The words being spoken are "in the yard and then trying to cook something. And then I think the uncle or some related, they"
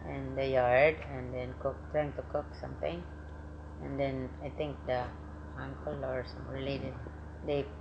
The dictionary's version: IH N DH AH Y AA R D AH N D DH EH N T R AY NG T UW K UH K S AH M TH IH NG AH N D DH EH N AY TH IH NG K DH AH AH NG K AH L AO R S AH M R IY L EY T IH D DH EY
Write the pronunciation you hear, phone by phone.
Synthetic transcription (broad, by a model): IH N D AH Y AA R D AH N D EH N T R AY NG T UW K UH K S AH M T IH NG AH N D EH N AY T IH NG K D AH AH NG K AH L AO R S AH M L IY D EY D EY